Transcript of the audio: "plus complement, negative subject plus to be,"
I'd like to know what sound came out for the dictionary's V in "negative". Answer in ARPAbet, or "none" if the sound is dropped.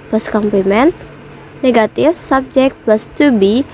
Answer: F